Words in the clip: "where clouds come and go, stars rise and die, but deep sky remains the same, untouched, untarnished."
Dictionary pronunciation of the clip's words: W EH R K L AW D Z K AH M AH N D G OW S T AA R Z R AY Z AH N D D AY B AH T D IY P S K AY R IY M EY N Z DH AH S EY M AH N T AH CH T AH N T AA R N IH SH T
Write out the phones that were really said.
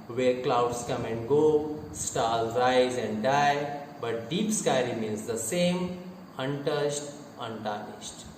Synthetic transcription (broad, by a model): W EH R K L AW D S K AH M AH N D G OW S T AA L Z R AY Z AH N D D AY B AH T D IY P S K AY R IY M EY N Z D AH S EY M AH N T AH S T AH N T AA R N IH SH T